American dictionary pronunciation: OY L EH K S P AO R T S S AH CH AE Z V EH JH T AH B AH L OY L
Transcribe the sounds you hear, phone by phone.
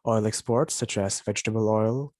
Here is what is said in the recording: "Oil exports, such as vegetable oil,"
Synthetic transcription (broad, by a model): OY L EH K S P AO R T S S AH CH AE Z V EH JH T AH B AH L OY L